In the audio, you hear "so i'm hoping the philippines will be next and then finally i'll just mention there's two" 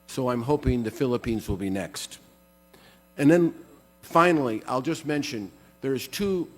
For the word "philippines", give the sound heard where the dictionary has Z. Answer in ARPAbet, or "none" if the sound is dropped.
Z